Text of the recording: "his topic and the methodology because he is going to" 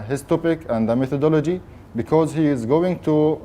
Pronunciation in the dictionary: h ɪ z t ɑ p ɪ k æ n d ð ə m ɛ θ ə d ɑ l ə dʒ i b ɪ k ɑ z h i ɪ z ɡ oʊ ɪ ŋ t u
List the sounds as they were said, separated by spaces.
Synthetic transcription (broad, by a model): h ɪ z t ɑ p ɪ k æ n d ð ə m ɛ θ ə d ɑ l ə dʒ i b ɪ k ɑ z h i ɪ z ɡ oʊ ɪ ŋ t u